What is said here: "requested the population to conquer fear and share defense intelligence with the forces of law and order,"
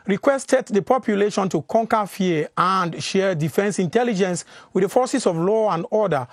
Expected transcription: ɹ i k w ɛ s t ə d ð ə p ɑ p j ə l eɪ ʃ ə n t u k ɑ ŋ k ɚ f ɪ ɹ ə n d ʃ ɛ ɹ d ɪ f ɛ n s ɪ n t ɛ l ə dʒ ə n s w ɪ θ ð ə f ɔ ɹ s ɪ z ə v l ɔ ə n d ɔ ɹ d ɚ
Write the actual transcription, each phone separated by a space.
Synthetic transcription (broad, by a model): ɹ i k w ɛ s t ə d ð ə p ɑ p j ə l eɪ ʃ ə n t u k ɑ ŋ k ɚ f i ə n d ʃ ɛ d ɪ f ɛ n s ɪ n t ɛ l ə dʒ ə n s w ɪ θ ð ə f ɔ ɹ s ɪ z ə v l ɔ ə n d ɔ d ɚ